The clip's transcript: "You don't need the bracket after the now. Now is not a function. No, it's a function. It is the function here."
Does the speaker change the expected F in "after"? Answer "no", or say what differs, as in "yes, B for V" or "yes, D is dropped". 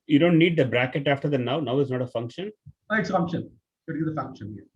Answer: no